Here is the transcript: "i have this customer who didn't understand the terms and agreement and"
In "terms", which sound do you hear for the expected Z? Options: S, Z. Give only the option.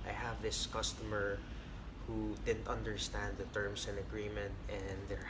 S